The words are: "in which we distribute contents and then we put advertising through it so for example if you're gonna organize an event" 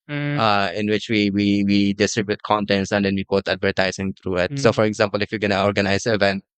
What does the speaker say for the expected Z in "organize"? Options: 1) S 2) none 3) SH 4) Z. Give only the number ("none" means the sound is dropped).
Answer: 2